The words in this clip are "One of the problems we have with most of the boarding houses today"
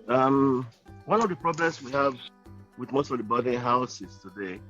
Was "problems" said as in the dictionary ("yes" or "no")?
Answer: no